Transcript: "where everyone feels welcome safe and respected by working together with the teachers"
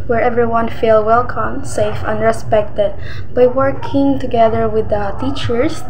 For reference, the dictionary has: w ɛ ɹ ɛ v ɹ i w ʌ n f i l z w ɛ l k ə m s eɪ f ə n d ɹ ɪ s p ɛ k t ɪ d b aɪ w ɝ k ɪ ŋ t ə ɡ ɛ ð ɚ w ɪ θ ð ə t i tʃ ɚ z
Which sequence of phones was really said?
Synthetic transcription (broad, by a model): w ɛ ɹ ɛ v ɹ i w ʌ n f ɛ l w ɛ l k ə m s eɪ f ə n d ɹ ɪ s p ɛ k t ɪ d b aɪ w ɝ k ɪ ŋ t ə ɡ ɛ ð ɚ w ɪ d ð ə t i tʃ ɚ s